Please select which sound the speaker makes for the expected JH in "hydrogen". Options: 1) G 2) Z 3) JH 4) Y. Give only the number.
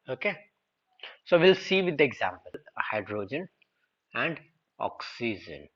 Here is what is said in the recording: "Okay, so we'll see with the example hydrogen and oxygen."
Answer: 3